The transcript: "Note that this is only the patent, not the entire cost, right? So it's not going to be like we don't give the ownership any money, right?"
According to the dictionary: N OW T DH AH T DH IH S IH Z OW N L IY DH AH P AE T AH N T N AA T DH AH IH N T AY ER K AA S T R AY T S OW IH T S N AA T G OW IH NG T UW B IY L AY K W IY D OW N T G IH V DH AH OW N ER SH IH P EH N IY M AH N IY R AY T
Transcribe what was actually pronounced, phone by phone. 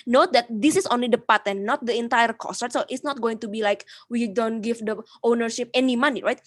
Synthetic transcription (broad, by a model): N OW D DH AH T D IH S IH S OW N L IY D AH P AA T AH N N AA T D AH IH N T AY ER K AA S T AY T S OW IH T S N AA T G OW IH NG T UW B IY L AY K W IY D OW N T G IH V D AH OW N ER SH IH P EH N IY M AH N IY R AY T